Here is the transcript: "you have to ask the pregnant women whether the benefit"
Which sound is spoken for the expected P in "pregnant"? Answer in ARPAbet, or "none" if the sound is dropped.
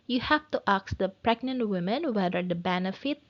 P